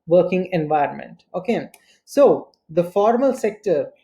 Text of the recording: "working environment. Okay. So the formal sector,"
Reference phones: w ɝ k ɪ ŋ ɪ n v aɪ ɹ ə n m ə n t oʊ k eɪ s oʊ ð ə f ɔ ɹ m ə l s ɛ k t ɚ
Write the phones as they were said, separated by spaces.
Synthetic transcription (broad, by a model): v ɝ k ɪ ŋ ɪ n v aɪ ɹ ə n m ə n t oʊ k eɪ s oʊ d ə f ɔ ɹ m ə l s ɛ k t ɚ